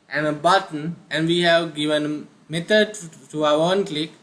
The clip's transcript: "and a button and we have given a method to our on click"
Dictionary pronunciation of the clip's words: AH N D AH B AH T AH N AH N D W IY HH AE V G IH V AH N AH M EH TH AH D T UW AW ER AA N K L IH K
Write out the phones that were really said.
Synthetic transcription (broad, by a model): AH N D AH B AH T AH N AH N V IY HH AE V G IH V AH N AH M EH T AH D T UW AW ER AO N K L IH K